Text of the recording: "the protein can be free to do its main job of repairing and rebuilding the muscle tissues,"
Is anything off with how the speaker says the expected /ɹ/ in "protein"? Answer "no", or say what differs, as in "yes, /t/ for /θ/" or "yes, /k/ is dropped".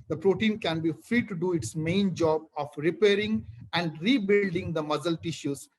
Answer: no